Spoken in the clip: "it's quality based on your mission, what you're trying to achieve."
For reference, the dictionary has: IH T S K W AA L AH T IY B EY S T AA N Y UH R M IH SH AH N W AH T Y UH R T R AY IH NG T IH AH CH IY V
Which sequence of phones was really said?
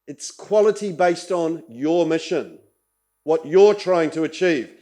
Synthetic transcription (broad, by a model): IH T S K W AA L AH T IY B EY S T N Y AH R M IH SH AH N W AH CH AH R T R AY IH NG T IH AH CH IY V